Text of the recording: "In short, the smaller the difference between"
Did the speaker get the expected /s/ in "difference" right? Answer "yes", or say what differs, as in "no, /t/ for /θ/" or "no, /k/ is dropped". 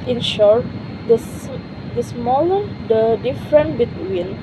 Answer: no, /s/ is dropped